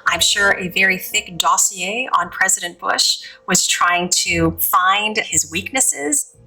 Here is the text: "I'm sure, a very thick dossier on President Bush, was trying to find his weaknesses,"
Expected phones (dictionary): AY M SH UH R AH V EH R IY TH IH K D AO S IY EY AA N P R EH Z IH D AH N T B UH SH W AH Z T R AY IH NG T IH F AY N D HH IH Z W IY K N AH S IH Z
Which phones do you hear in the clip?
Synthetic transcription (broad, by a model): AY M SH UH R AH V EH R IY TH IH K D AO S IY EY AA N P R EH Z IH D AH N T B UH SH W AH Z T R AY IH NG T IH F AY N D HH IH Z W IY K N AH S IH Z